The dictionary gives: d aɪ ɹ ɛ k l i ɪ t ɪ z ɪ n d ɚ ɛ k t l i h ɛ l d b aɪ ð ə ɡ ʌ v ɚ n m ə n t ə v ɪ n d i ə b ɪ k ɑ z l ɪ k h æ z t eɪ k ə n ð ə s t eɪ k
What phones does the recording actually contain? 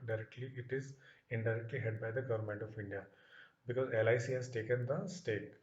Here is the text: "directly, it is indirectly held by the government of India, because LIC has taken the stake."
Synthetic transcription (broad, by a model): d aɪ ɹ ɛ k l i ɪ t ɪ z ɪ n d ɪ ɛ k t l i h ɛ d b aɪ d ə ɡ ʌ v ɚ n m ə n t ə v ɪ n d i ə b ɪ k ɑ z l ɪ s h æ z t eɪ k ə n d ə s t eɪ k